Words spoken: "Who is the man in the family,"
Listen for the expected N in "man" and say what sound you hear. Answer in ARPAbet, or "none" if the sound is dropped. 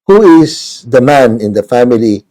N